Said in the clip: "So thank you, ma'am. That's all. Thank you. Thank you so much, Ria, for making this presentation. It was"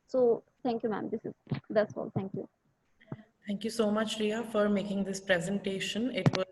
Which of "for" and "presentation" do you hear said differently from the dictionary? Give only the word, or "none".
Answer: none